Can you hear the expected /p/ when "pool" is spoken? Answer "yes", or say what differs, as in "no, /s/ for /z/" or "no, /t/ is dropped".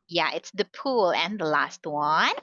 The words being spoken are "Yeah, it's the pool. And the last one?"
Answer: yes